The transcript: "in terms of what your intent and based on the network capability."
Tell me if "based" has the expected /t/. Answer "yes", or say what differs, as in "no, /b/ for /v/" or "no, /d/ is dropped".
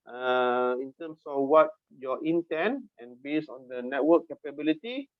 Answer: no, /t/ is dropped